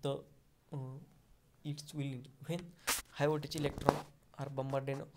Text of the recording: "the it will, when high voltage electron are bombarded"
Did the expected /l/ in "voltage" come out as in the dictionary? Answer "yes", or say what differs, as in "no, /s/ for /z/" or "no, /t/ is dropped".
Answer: no, /l/ is dropped